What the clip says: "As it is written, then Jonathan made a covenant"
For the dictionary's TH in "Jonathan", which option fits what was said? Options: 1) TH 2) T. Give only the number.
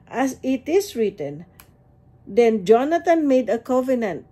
2